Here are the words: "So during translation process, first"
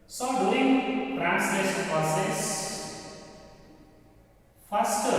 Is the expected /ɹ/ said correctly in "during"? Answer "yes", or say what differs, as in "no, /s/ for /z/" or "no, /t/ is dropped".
no, /l/ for /ɹ/